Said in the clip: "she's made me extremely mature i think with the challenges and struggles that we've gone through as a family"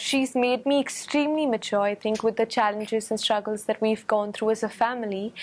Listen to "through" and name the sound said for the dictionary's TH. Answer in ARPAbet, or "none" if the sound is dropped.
TH